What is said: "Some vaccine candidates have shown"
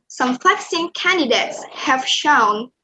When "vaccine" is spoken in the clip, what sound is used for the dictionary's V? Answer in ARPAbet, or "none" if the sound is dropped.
F